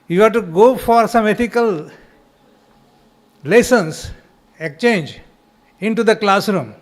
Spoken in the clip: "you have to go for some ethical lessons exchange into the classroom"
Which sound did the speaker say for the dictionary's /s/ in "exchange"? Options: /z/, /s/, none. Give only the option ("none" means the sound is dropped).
none